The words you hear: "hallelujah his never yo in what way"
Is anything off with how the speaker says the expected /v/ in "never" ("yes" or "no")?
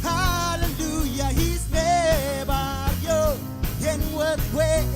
yes